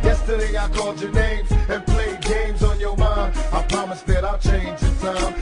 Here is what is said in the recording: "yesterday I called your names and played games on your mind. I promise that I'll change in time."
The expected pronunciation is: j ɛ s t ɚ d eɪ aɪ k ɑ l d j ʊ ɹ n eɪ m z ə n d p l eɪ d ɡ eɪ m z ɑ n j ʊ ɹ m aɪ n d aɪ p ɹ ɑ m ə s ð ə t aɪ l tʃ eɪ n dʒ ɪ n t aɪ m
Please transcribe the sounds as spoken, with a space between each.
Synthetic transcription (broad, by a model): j ɛ s t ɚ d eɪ aɪ k ɑ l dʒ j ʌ ɹ n eɪ m z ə n p l eɪ d ɡ eɪ m z n j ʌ ɹ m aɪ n aɪ p ɹ ɑ m ə s ð ə t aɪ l tʃ eɪ n dʒ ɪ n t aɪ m